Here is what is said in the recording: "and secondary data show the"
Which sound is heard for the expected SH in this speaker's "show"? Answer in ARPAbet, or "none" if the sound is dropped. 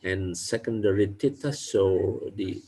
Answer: S